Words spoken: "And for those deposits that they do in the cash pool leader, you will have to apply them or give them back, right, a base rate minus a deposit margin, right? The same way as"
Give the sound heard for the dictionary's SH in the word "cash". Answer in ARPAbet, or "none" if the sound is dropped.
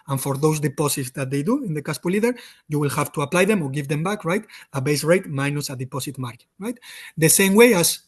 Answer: S